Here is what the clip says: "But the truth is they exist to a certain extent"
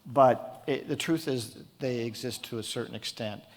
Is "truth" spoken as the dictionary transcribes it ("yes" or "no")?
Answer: yes